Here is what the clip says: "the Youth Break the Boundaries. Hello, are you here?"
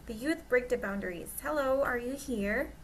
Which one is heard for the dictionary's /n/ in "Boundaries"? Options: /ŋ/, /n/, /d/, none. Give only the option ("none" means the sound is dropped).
/n/